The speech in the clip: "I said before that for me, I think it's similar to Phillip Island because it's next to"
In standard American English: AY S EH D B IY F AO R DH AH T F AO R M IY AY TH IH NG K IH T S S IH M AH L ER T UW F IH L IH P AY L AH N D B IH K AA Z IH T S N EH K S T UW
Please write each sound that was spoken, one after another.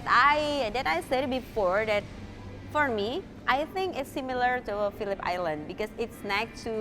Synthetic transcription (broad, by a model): AY S EH D B IY F AO R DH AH T F AO R M IY AY TH IH NG K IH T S S IH M AH L ER T UW F IH L IH P AY L AH N D B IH K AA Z IH T S N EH K T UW